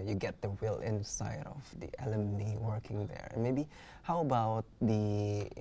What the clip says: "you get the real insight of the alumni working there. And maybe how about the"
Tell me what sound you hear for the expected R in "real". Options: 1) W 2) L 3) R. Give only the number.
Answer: 1